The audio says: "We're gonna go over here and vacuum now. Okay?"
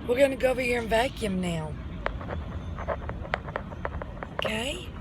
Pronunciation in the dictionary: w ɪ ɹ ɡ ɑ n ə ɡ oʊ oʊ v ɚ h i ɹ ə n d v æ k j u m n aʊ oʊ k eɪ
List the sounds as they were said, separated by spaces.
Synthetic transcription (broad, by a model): w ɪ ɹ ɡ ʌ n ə ɡ oʊ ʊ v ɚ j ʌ ɹ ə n v æ k j u m n aʊ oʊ k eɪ